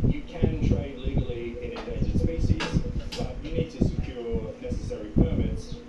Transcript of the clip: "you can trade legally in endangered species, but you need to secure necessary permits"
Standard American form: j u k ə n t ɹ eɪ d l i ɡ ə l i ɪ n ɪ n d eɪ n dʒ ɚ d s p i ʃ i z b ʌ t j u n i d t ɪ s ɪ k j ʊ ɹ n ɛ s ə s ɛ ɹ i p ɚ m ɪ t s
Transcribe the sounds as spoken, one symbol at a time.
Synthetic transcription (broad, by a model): j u k ə n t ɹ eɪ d l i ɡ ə l i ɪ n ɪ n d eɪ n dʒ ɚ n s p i s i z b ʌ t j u n i d t ɪ s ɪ k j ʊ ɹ n ɛ s ə s ɛ ɹ i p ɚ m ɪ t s